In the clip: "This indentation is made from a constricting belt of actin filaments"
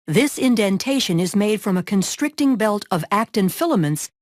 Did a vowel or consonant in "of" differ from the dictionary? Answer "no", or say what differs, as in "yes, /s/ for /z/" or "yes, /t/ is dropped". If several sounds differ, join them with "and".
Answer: no